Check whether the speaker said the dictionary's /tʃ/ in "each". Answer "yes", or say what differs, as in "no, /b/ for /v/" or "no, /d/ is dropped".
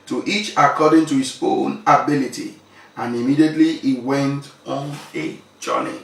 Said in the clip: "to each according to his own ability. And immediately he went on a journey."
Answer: yes